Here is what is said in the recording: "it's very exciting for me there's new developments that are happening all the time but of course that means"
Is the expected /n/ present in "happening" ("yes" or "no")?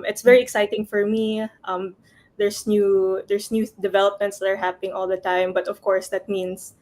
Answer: no